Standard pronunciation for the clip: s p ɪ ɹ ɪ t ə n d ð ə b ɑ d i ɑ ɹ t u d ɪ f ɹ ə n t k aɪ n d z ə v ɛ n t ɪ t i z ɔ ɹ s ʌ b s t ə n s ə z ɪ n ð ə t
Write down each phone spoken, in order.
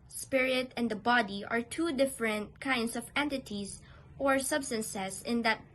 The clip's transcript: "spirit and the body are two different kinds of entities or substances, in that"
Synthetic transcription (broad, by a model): s p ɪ ɹ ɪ t ə n d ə b ɑ d i ɑ ɹ t u d ɪ f ɹ ə n t k aɪ n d s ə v ɛ n t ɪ t i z ɔ ɹ s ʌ b s t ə n s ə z ɪ n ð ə t